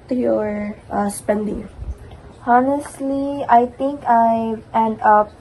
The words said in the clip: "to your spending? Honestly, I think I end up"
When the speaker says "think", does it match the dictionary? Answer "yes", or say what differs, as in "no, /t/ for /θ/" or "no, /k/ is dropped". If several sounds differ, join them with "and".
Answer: no, /t/ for /θ/